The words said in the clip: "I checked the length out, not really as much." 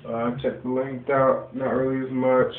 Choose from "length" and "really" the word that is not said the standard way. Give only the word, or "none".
length